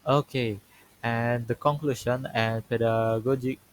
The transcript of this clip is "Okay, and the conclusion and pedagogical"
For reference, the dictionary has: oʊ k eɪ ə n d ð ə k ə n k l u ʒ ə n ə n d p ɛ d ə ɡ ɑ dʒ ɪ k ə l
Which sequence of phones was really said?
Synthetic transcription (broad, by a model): oʊ k eɪ ə n d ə k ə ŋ k l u ʃ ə n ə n p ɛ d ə ɡ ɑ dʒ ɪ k